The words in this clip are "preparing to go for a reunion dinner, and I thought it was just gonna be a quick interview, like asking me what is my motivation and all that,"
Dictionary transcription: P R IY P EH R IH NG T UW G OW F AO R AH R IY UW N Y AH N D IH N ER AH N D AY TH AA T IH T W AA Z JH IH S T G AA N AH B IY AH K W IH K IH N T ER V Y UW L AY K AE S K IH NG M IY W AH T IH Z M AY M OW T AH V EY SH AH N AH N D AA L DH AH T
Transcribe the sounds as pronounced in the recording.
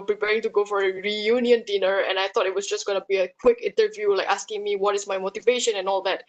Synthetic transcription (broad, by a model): P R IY P EH R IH NG T UW G OW F AO R AH R IY UW N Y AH N D IH N ER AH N AY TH AA T IH T W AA S JH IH S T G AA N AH B IY AH K W IH K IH N T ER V Y UW L AY K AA S K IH NG M IY W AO T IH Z M AY M OW T AH V EY SH AH N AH N AA L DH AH T